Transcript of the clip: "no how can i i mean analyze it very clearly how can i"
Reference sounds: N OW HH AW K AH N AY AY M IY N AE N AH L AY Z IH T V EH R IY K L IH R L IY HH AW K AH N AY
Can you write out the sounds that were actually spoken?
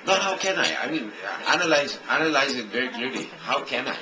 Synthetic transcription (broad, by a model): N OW HH AW K AH N AY AY M IY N AE N AH L AY Z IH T V EH R IY K L IH R L IY HH AW K AH N AY